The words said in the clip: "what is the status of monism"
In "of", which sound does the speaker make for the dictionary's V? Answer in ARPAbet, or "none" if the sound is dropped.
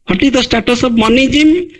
B